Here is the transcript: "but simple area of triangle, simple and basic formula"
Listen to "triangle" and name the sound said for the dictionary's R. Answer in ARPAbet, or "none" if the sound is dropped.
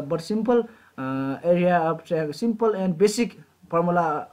none